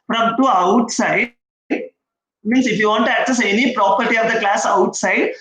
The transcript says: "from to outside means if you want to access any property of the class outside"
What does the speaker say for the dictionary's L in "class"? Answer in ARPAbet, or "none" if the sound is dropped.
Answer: L